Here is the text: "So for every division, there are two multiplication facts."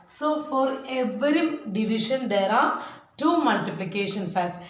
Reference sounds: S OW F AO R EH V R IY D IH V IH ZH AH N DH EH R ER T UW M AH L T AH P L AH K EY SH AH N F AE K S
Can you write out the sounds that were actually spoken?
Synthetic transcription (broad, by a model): S OW F AO R EH V R IY D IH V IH SH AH N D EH R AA T UW M AH L T AH P L AH K EY SH AH N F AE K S